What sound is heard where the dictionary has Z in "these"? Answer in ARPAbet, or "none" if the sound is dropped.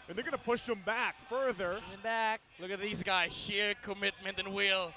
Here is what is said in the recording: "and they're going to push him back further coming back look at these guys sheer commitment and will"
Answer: Z